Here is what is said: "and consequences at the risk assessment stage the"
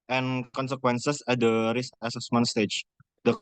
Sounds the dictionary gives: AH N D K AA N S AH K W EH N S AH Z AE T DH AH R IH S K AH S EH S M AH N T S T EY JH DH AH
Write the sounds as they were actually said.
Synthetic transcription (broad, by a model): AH N K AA N S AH K W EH N S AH S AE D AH R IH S AH S EH S M AH N T S T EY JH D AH